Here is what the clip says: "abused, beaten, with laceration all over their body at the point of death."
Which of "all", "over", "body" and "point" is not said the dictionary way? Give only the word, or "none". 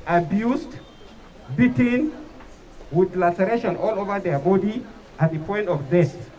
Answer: none